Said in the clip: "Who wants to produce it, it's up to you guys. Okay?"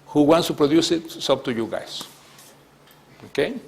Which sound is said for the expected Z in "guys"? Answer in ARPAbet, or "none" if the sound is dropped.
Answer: S